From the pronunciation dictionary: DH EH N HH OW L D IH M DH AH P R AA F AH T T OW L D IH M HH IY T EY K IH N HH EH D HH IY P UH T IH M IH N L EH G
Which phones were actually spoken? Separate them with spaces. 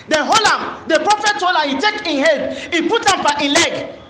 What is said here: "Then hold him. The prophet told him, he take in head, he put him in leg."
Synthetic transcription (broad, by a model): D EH N HH OW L IH M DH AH P R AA F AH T T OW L IH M HH IY T EY K IH N HH EH D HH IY P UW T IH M IH N L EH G